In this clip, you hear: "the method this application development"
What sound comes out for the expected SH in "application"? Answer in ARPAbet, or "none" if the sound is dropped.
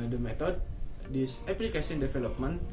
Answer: S